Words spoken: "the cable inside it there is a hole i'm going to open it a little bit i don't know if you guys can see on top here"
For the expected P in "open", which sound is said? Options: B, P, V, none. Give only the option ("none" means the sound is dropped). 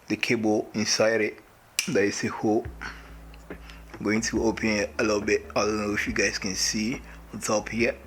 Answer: P